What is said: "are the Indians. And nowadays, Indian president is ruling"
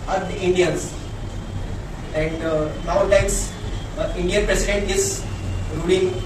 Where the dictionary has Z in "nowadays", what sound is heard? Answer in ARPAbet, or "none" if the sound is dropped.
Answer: none